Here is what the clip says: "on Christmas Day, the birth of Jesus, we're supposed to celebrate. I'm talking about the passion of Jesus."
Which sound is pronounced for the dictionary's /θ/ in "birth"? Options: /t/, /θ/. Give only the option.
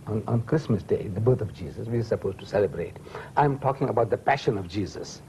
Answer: /t/